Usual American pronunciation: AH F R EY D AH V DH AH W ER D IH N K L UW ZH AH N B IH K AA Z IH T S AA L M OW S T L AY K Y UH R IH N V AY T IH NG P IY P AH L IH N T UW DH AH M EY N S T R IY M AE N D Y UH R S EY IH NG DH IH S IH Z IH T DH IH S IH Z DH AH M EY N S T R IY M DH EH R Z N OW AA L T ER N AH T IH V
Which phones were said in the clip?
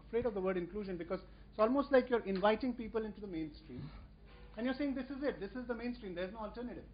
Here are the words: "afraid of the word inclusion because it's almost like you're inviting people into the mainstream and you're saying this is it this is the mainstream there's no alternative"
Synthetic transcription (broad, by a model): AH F R EY D AH V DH AH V ER D IH N K L UW ZH AH N B IH K AA Z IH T S AA L M OW S T L AY K Y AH R IH N V AY T IH NG P IY P AH L IH N T UW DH AH M EY N S T R IY M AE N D Y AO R S EY IH NG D IH S IH Z IH T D IH S IH Z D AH M EY N S T R IY M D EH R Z N OW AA L T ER N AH T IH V